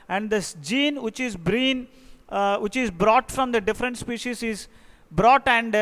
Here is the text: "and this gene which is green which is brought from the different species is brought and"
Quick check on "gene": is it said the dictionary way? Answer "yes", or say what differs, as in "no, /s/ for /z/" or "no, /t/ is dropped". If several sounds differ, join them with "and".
yes